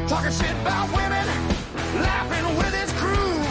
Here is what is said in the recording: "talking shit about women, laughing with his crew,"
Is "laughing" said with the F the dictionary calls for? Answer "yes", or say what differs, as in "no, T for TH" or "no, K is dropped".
yes